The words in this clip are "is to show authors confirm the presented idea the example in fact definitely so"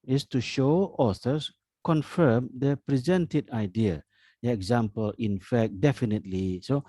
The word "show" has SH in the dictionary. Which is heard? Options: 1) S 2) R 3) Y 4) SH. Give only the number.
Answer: 4